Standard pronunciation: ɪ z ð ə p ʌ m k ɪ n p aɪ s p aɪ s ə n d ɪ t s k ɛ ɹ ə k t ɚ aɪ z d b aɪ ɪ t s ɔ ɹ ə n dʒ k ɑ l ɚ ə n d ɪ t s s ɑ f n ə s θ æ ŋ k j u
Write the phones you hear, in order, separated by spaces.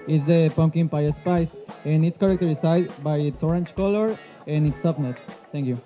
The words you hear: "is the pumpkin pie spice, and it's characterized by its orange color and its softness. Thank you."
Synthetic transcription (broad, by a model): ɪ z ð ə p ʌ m k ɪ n p aɪ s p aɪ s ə n ɪ t s k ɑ ɹ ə k t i aɪ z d b aɪ ɪ t s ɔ ɹ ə n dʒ k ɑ l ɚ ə n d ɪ t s s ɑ p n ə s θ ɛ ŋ k j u